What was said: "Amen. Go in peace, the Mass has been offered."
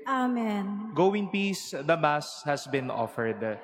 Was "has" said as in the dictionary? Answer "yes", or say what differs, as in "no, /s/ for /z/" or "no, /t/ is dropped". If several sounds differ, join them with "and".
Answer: no, /s/ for /z/